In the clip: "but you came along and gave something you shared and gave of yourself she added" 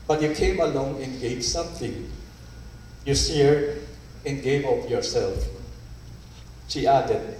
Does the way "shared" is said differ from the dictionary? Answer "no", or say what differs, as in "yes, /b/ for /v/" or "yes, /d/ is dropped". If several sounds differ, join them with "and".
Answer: yes, /s/ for /ʃ/